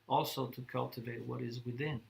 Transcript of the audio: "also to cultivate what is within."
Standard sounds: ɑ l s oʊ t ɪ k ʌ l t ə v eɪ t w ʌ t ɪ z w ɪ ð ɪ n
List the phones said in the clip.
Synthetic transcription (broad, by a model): ɑ l s oʊ t ɪ k ʌ l t ə v eɪ t w ʌ t ɪ z w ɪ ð ɪ n